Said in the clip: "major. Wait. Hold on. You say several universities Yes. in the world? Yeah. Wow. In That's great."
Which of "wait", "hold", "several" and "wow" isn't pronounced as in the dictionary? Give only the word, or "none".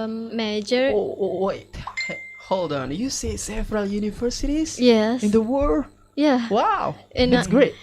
several